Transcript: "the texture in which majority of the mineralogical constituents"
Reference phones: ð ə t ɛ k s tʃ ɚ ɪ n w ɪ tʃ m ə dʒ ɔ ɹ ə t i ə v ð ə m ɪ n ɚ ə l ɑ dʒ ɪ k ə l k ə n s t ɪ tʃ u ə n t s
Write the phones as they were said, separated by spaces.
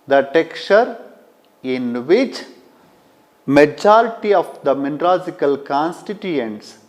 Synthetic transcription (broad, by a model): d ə t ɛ k tʃ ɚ ɪ n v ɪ tʃ m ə dʒ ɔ ɹ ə t i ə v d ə m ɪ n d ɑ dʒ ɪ k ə l k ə n s t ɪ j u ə n t s